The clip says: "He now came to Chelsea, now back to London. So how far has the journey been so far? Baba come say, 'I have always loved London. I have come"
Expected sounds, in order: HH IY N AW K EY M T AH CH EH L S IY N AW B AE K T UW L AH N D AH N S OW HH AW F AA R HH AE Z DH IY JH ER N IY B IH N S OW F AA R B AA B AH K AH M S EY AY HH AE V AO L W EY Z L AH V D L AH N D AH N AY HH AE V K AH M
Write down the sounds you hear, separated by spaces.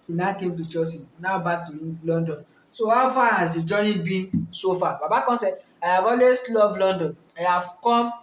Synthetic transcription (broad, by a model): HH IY N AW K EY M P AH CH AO S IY N AW B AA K T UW L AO N D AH N S OW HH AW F AA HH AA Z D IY JH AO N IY B IH N S OW F AA B AA B AH K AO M S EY AY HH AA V AO L W EY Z L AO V L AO N D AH N AY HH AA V K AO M